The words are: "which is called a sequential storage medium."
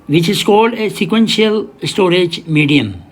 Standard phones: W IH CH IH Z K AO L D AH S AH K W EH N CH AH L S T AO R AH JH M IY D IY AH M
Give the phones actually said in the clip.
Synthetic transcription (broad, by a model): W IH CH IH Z K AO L AH S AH K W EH N SH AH L S T AO R AH JH M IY D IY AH M